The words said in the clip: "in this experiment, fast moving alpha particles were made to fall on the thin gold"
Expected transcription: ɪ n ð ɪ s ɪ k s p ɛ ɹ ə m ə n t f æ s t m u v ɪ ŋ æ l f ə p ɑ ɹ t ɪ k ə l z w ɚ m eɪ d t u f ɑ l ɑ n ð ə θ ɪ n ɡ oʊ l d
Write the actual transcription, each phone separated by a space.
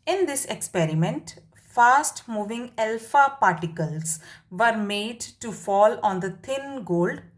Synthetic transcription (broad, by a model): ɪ n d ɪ s ɪ k s p ɛ ɹ ə m ə n t f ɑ s t m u v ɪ ŋ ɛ l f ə p ɑ ɹ t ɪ k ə l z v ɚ m eɪ d t u f ɑ l ɑ n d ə t ɪ n ɡ oʊ l d